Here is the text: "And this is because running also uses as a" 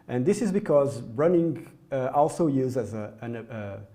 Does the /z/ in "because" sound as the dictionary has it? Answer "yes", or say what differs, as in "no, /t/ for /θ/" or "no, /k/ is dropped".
yes